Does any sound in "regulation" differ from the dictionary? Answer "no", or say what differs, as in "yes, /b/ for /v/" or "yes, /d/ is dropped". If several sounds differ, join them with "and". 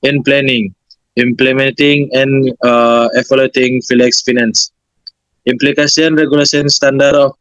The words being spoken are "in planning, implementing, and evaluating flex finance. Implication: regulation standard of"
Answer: yes, /s/ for /ʃ/